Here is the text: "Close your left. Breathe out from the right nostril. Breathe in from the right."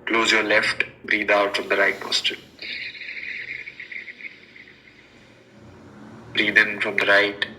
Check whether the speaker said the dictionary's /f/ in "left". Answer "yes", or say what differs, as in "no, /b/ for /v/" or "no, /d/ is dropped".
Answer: yes